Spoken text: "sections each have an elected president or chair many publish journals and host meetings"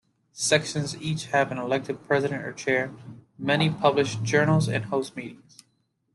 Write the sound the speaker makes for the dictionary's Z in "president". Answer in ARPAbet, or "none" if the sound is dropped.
Z